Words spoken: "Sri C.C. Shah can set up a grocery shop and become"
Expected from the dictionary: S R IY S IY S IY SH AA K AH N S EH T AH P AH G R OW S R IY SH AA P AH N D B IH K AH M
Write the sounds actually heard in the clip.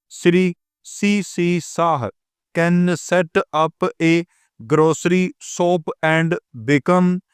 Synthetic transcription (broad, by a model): S R IY S IY S IY S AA K AH N S EH T AH P AH G R OW S R IY S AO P AH N D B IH K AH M